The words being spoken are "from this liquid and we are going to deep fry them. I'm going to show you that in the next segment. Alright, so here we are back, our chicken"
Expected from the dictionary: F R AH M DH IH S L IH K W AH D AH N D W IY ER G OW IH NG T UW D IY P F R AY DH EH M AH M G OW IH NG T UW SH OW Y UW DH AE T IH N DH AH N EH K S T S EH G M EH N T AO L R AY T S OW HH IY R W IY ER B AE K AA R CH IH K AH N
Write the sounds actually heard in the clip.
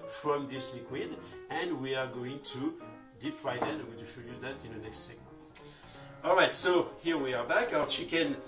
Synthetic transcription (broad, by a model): F R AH M DH IH S L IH K W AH D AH N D W IY ER G OW IH NG T UW D IY P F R AY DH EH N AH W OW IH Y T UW SH OW Y UW DH AE T IH N DH AH N EH K S T S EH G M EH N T AO L R AY T S OW HH IY R W IY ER B AE K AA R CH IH K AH N